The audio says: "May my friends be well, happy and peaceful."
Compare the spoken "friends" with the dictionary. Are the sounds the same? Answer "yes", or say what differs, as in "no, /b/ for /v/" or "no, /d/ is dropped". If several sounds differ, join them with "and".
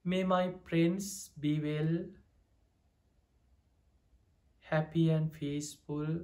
no, /p/ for /f/ and /s/ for /z/